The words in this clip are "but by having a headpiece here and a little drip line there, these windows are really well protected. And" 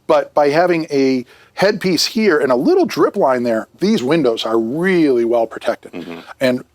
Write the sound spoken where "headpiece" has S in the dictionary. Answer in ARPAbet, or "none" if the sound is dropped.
S